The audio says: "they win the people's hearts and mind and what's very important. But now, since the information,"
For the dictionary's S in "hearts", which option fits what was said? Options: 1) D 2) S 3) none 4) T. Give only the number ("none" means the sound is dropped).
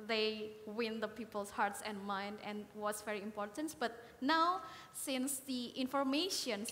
2